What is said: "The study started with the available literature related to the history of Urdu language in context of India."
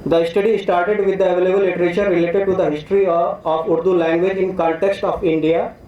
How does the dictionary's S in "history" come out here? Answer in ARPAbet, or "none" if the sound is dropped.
S